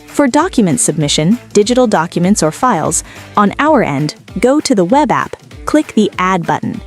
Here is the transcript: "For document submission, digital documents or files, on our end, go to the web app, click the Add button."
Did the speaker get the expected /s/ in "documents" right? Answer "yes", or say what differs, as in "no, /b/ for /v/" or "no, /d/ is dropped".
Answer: yes